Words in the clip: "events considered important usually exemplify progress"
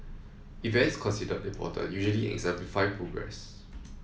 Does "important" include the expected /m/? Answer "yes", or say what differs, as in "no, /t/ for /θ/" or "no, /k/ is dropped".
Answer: no, /m/ is dropped